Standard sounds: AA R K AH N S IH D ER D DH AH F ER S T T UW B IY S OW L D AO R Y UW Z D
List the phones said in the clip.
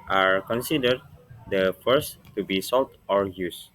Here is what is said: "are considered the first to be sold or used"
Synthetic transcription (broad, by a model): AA R K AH N S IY D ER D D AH F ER S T T UW B IY S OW L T AO R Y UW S